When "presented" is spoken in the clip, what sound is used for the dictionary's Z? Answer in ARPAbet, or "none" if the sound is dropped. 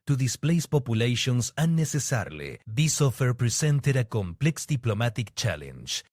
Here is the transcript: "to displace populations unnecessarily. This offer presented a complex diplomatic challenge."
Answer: S